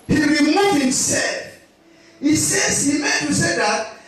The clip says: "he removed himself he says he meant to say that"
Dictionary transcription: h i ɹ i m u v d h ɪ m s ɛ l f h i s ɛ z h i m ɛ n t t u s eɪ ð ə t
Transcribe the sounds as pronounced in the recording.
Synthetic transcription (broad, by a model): h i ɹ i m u d h ɪ m s ɛ l f h i s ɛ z h i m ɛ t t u s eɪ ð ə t